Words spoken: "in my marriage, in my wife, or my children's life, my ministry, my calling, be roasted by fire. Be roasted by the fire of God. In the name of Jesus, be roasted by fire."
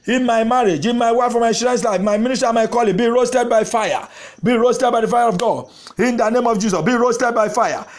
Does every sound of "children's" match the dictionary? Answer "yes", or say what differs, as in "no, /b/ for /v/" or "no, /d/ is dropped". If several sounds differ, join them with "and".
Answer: no, /ʃ/ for /tʃ/ and /s/ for /z/